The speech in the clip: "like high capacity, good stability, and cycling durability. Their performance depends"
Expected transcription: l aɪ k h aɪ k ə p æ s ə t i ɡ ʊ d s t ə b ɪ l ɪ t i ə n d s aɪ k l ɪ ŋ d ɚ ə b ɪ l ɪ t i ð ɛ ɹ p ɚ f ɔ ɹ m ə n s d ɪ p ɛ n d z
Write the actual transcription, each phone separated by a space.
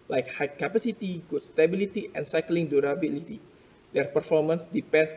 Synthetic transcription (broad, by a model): l aɪ k h aɪ k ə p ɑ s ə t i ɡ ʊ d s t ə b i l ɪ t i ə n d s aɪ k l ɪ ŋ d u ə b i l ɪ t i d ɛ ɹ p ɚ f ɔ ɹ m ə n s d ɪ p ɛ n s